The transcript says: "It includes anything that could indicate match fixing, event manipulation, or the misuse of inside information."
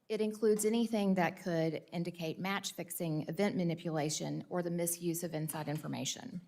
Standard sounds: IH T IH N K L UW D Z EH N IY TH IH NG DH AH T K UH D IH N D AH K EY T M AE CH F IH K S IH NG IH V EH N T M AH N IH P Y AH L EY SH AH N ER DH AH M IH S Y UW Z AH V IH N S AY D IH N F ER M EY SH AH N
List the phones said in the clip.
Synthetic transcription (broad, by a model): IH T IH N K L UW D Z EH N IY TH IH NG DH AH T K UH D IH N D AH K EY T M AE CH F IH K S IH NG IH V EH N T M AH N IH P Y AH L EY SH AH N ER DH AH M IH S Y UW Z AH V IH N S AY D IH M F ER M EY SH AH N